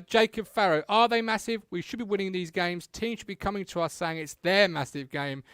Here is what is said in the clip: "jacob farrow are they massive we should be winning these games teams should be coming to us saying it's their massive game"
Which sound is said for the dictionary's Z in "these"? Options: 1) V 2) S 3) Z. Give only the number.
3